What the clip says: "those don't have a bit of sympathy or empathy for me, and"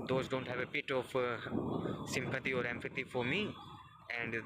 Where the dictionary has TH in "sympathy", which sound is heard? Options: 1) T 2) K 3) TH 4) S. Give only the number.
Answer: 1